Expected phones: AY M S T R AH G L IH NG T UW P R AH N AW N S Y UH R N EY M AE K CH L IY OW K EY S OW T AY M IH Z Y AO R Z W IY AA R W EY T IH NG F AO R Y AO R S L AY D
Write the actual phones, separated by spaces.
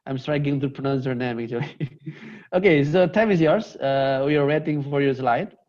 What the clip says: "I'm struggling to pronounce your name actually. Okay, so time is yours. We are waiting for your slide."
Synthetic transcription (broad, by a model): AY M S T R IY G IH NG T UW P R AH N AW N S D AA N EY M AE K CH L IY OW K EY S OW T AY M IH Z Y AO R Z W IY AA R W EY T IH NG F AO R Y AO R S L AY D